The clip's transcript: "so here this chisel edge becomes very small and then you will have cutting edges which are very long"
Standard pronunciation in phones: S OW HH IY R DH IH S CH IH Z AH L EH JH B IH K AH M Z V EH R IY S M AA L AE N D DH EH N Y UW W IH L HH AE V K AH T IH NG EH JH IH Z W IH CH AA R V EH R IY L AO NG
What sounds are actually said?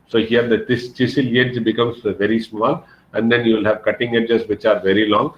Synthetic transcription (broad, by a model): S OW HH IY R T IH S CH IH S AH L EH JH B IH K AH M S V EH R IY S M AA L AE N D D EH N Y UW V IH L HH AE V K AH T IH NG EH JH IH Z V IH CH AA R V EH R IY L AO NG